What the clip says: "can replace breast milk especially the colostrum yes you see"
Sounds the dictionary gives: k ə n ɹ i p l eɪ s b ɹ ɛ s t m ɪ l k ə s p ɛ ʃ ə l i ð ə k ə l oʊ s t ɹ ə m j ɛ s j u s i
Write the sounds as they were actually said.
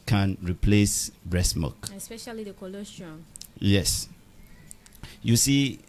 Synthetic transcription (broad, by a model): k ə n ɹ i p l eɪ s b ɹ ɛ s m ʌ k ə s p ɛ ʃ ə l i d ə k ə l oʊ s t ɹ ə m j ɛ s j u s i